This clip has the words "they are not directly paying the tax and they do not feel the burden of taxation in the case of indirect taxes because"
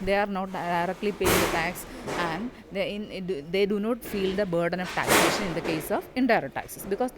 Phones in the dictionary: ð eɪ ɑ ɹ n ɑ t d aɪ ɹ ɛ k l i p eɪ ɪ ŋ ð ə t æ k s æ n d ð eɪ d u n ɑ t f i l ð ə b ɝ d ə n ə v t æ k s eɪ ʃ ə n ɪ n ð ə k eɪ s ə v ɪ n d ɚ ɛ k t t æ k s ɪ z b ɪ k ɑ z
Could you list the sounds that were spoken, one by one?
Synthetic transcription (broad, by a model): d eɪ ɑ ɹ n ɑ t d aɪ ɹ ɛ k l i p eɪ ɪ ŋ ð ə t æ k s æ n d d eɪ d u n ɑ t f i l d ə b ɝ d ə n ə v t æ k s eɪ ʃ ə n ɪ n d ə k eɪ s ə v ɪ n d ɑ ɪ t t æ k s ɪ s b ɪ k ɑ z